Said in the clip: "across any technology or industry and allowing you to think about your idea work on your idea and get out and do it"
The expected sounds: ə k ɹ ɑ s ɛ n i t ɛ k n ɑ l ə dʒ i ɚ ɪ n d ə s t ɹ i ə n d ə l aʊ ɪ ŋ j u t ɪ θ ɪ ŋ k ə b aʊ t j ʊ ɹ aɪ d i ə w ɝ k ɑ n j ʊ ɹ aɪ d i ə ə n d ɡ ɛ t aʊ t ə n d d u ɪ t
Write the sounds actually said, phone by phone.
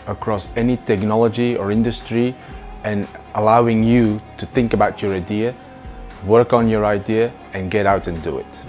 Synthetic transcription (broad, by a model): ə k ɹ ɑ s ɛ n i t ɛ k n ɑ l ə dʒ i ɚ ɪ n d ə s t ɹ i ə n ə l aʊ ɪ ŋ j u t ɪ θ ɪ ŋ k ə b aʊ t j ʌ ɹ aɪ d i ə w ɝ k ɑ n j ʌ ɹ aɪ d i ə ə n ɡ ɛ t aʊ t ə n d d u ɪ t